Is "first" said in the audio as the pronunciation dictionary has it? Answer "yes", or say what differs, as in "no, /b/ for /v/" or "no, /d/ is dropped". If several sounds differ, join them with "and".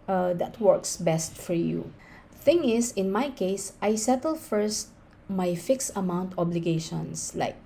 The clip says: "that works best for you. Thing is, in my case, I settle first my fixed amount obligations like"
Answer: yes